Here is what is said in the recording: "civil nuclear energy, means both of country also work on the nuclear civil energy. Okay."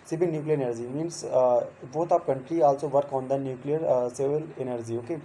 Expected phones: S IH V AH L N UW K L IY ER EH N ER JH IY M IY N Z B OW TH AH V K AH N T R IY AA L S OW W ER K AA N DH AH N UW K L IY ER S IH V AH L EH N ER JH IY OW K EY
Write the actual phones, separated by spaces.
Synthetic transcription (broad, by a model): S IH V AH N N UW K L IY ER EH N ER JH IY M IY N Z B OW T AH P K AH N T R IY AA L S OW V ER K AA N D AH N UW K L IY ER S IH V AH L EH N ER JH IY OW K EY